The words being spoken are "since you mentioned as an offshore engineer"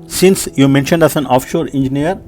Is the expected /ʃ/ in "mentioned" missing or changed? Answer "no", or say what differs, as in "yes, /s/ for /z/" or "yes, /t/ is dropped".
no